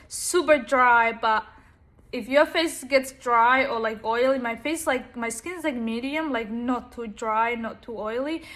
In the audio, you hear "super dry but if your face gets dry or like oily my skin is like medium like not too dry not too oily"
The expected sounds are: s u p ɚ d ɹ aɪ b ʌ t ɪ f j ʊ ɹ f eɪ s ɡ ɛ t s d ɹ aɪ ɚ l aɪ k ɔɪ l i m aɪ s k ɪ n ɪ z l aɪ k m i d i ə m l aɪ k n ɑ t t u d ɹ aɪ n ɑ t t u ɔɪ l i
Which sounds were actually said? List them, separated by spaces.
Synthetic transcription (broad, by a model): s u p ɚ d ɹ aɪ b ʌ t ɪ f j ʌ ɹ f eɪ s ɡ ɛ t s d ɹ aɪ ɚ l aɪ k ɔɪ l i m aɪ s k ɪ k ɪ z l aɪ k m i d i ə m l aɪ k n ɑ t t u d ɹ aɪ n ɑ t t u ɔɪ l i